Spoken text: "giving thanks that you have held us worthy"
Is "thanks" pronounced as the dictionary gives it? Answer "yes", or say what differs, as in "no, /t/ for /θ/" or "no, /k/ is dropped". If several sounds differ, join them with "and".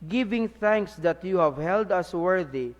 yes